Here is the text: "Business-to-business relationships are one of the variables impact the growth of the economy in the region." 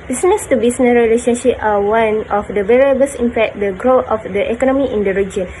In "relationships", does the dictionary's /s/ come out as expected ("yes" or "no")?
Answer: no